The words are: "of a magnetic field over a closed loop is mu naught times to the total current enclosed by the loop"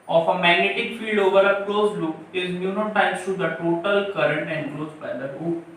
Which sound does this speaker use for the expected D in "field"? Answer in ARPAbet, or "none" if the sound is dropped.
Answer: D